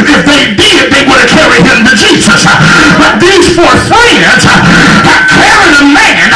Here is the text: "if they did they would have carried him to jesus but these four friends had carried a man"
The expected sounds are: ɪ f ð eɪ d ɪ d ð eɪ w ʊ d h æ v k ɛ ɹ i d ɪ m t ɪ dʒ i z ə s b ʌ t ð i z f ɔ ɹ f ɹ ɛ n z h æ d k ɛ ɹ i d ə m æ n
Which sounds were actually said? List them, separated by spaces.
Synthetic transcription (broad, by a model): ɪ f ð eɪ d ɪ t ð eɪ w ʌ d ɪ k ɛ ɹ i ɪ m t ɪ dʒ i z ə s b ʌ t ð i z f ɔ ɹ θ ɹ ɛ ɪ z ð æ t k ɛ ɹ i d ə m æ n